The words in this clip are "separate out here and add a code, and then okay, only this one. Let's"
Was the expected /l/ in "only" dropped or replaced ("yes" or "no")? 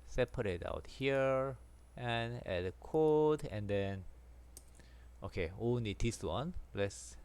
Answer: yes